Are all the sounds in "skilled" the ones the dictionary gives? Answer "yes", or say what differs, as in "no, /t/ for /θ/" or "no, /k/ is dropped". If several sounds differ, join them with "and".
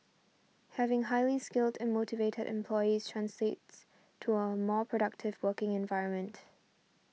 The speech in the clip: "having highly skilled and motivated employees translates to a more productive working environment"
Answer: yes